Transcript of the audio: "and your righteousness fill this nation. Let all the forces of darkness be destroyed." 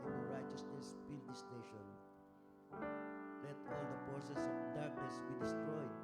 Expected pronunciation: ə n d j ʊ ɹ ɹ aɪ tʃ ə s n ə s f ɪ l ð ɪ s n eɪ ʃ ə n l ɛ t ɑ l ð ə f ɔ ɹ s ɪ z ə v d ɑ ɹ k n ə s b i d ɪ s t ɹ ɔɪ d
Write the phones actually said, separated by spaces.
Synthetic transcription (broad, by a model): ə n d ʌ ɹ ɹ aɪ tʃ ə s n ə s p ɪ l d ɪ s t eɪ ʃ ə n l ɛ t ɑ l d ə p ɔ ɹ s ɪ s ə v d ɑ ɹ k n ə s b i d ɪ s t ɹ ɔɪ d